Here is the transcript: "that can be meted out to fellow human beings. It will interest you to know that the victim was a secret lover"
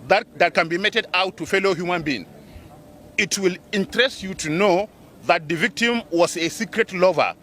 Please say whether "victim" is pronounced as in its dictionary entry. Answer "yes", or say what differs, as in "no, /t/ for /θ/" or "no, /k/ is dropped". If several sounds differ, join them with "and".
yes